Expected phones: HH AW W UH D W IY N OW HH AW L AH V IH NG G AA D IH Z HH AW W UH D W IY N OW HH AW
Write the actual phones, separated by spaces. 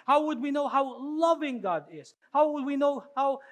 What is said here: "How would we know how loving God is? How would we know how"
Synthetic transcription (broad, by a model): HH AW W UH D W IY N OW HH AW L AH V IH NG G AA D IH Z HH AW W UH D W IY N OW HH AW